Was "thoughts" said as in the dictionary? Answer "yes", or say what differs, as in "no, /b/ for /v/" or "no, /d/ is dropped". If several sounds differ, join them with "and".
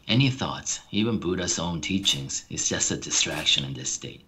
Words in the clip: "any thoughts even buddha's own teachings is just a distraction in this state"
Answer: yes